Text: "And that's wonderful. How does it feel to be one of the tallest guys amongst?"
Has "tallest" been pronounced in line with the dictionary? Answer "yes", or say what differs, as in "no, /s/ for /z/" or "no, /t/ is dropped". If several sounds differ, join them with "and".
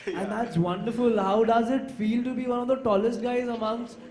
yes